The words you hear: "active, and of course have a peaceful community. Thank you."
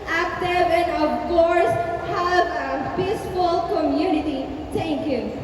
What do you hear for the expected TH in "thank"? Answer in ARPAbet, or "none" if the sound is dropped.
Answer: T